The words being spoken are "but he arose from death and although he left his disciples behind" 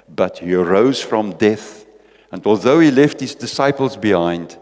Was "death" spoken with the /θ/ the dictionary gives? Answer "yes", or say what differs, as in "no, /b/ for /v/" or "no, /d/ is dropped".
yes